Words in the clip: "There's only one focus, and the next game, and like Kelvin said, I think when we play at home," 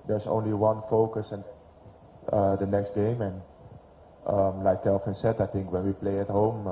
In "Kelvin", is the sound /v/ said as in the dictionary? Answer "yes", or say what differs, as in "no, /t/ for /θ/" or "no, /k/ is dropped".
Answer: no, /f/ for /v/